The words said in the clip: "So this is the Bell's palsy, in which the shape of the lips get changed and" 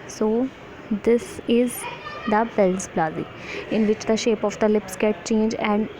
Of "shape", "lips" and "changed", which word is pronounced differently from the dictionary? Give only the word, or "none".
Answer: changed